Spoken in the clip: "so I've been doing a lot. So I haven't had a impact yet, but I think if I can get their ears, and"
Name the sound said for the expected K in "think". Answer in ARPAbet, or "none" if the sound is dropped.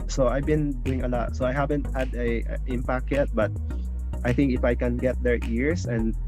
K